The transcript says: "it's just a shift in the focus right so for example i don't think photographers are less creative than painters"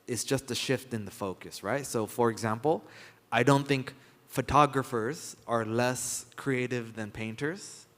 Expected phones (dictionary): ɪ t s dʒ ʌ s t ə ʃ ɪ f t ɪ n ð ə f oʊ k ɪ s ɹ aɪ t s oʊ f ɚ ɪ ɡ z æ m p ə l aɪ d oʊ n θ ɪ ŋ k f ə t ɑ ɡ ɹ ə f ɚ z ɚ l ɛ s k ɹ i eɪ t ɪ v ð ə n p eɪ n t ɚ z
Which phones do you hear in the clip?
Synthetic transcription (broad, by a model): ɪ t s dʒ ʌ s t ə ʃ ɪ f t ɪ n ð ə f oʊ k ɪ s ɹ aɪ t s oʊ f ɚ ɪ ɡ z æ m p l aɪ d oʊ n θ ɪ ŋ k f ə t ɑ ɡ ɹ ə f ɚ z ɚ l ɛ s k ɹ i eɪ t ɪ v ð ə n p eɪ n t ɚ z